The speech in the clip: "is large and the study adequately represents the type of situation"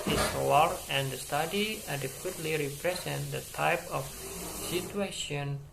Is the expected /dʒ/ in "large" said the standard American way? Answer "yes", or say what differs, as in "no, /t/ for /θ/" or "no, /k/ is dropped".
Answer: no, /dʒ/ is dropped